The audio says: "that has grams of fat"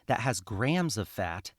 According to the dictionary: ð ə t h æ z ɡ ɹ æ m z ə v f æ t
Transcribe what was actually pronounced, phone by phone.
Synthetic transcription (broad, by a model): ð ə t h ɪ z ɡ ɹ æ m z ə v f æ t